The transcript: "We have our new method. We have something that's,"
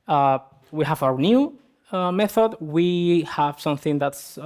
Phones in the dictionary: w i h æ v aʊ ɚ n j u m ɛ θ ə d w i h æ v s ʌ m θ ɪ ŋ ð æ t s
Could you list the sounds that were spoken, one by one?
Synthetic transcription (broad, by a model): w i h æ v aʊ ɚ n j u m ɛ θ ə d w i h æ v s ʌ m θ ɪ ŋ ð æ t s